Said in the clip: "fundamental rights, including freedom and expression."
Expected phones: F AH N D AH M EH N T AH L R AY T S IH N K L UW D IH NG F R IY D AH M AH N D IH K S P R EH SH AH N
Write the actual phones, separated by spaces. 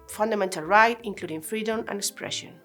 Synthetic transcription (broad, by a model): F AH N D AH M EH N T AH L R AY T IH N K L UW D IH NG F R IY D AH M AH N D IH K S P R EH SH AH N